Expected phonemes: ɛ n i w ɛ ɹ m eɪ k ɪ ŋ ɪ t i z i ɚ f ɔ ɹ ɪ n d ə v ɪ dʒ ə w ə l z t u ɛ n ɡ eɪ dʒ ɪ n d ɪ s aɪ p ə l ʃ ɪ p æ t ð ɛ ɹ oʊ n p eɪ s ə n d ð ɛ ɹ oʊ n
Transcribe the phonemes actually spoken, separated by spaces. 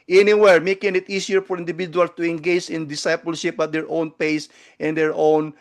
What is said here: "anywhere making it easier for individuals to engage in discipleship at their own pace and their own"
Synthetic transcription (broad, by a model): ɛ n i w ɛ ɹ m eɪ k ɪ ŋ ɪ t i s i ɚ f ɔ ɹ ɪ n d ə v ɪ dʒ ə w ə l s t u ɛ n ɡ eɪ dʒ ɪ n d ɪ s aɪ p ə l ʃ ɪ p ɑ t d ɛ ɹ oʊ n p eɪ s ə n d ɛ ɹ oʊ n